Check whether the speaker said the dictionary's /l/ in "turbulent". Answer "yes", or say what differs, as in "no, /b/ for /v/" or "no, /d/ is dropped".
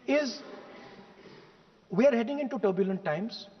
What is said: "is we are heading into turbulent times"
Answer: yes